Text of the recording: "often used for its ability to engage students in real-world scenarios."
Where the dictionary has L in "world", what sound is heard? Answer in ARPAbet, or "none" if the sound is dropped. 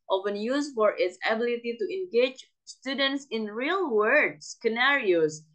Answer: none